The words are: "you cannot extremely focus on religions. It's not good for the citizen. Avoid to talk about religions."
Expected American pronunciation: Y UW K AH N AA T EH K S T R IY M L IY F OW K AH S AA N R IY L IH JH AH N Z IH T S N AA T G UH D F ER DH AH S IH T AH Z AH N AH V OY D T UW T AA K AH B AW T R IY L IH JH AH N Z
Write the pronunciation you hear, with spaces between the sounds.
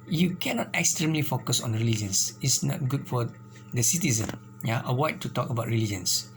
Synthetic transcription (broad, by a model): Y UW K AH N AA T EH K S T R IY M L IY F OW K AH S AA N R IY L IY JH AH N S IH T S N AA T G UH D F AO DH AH S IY T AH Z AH N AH W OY T UW T AA K AH B AW T R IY L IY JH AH N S